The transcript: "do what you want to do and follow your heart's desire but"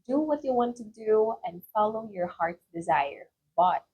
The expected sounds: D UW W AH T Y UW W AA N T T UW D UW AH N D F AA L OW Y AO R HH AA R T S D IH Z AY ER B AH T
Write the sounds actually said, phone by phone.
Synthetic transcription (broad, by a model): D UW W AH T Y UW W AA N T T UW D UW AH N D F AA L OW Y AO R HH AA R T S D IH Z AY ER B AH T